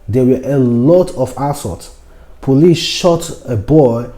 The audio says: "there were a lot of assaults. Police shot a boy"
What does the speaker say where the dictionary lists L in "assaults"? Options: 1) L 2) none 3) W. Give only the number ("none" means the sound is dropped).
2